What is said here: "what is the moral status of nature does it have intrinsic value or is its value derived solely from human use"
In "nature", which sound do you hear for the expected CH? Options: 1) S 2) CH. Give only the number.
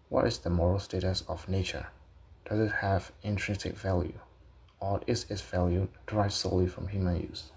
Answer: 2